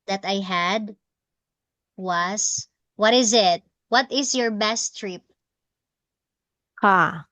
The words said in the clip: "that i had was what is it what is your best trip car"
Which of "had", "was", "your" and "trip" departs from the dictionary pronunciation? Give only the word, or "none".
was